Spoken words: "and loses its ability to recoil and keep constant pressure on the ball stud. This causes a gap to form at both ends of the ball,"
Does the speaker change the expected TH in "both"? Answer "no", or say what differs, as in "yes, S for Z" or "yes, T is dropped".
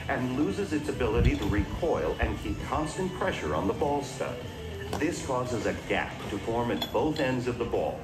no